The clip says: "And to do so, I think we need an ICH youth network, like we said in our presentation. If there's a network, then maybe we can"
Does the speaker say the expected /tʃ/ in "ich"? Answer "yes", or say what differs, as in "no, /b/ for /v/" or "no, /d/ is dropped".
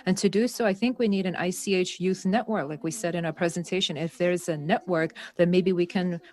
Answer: yes